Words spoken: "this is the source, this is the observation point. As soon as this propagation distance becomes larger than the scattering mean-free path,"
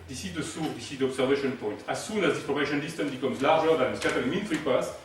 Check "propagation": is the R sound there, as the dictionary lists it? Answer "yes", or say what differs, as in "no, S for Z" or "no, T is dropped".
no, L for R